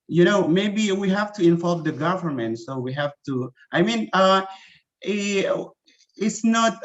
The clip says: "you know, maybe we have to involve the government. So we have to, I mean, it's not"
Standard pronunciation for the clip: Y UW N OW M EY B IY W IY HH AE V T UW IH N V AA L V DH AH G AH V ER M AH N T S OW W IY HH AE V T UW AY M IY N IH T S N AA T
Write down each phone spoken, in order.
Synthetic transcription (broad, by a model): Y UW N OW M EY B IY W IY HH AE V T UW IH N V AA L V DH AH G AH V ER M AH N T S OW W IY HH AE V T UW AY M IY N IH T S N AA T